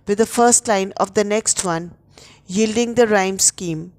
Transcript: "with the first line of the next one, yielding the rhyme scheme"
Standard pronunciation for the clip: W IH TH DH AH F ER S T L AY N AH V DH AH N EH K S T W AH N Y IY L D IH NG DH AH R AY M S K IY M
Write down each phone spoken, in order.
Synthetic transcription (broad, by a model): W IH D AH F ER S T L AY N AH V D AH N EH K S T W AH N Y IY L D IH NG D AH R AY M S K IY M